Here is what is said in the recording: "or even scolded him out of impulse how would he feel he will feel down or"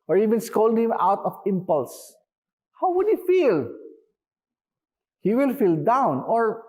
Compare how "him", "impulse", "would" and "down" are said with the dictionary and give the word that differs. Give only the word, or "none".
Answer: none